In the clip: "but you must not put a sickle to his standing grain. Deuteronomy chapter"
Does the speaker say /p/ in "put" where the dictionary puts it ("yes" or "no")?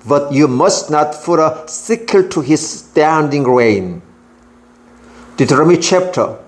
no